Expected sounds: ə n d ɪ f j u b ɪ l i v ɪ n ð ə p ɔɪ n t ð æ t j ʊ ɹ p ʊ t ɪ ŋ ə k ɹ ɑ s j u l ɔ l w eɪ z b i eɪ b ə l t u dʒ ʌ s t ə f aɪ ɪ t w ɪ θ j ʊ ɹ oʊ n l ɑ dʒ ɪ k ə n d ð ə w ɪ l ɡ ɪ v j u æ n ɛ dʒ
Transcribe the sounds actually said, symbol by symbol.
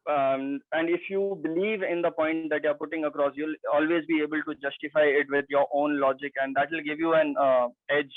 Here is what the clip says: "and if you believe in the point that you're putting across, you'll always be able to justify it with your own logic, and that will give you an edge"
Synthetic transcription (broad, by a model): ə n d ɪ f j u b ɪ l i v ɪ n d ə p ɔɪ n t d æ t j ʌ ɹ p ʊ t ɪ ŋ ə k ɹ ɑ s j u l ɔ l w eɪ z b i eɪ b ə l t u dʒ ʌ s t ə f aɪ ɪ t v ɪ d j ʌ ɹ oʊ n l ɑ dʒ ɪ k ə n d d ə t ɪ l ɡ ɪ v j u æ n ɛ dʒ